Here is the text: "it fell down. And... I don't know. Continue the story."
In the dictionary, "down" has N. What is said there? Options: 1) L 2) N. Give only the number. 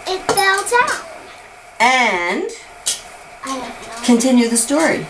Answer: 1